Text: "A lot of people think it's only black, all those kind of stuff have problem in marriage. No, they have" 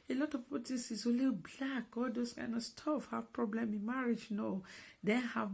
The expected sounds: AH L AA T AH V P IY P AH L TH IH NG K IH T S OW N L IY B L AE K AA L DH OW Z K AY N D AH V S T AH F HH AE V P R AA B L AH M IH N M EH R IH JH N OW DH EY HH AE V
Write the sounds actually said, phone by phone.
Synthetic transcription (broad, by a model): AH L AA T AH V P IY P AH L T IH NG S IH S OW L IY B L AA K AA L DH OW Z K AY N D AH V S T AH F HH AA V P R AA B L AH M IH N M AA R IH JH N OW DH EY HH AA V